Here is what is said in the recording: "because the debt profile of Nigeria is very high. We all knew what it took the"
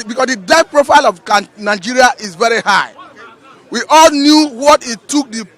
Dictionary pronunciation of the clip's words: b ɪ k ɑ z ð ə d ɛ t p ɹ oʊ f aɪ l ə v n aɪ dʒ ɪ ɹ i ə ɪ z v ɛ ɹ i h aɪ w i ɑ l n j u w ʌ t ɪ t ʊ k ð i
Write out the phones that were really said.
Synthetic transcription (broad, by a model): b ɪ k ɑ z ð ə d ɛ p ɹ oʊ f aɪ l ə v n aɪ dʒ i ɹ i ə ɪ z v ɛ ɹ i h aɪ w i ɑ l n j u w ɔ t ɪ t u k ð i